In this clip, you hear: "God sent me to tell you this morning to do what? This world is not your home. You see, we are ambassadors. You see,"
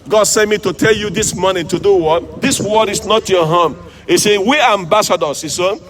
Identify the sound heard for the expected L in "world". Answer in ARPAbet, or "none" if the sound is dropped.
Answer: none